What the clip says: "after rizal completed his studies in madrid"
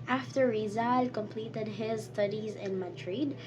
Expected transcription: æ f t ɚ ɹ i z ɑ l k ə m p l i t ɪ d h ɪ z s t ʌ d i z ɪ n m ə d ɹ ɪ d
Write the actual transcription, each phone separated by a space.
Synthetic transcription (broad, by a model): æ f t ɚ ɹ i z ɑ l k ə m p l i t ɪ d h ɪ z s t ʌ d i z ɪ n m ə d ɹ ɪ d